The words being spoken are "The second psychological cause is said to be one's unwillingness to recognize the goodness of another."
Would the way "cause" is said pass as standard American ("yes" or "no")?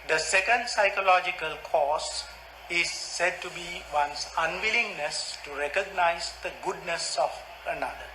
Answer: no